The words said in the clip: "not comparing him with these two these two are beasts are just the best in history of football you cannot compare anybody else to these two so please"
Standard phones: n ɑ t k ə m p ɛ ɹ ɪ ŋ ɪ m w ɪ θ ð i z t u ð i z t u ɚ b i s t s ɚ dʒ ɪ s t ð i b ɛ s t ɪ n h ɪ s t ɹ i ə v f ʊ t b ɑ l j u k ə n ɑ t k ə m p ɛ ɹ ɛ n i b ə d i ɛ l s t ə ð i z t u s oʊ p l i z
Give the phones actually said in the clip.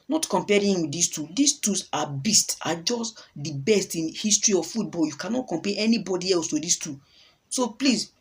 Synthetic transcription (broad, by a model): n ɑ t k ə m p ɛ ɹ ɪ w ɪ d i s t u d i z t u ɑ b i s t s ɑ dʒ ɪ s t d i b ɛ s t ɪ n h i s t ɹ i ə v f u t b ɑ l j u k ə n ɑ t k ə m p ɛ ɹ ɛ n i b ə d i ɛ l s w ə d i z t u s oʊ p l i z